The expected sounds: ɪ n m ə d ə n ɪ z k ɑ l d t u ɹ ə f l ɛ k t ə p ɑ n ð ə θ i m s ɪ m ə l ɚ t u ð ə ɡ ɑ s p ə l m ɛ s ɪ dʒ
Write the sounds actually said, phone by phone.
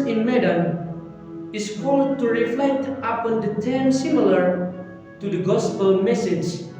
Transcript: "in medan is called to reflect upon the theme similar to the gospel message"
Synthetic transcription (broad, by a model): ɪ n m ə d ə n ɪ s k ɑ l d t u ɹ ə f l ɛ k t ə p ɑ n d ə t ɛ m s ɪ m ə l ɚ t u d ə ɡ ɑ s p ə l m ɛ s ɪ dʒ